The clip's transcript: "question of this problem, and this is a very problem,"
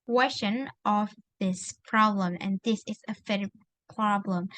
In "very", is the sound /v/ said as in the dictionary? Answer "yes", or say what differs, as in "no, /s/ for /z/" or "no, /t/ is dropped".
no, /f/ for /v/